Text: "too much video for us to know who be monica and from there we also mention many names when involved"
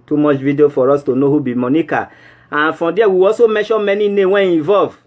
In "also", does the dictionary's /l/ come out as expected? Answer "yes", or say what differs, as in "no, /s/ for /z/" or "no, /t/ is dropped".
no, /l/ is dropped